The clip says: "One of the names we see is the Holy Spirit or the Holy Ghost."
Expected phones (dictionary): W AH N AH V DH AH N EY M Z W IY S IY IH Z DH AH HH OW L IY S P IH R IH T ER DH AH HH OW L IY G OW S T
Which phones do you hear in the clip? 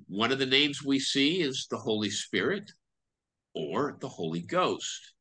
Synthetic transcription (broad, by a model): W AH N AH V DH AH N EY M Z W IY S IY IH Z DH AH HH OW L IY S P IH R IH T ER DH AH HH OW L IY G OW S T